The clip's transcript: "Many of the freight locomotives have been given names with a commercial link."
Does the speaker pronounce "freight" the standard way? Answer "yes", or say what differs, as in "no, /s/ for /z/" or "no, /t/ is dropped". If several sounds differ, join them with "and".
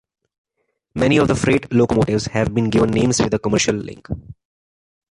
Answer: yes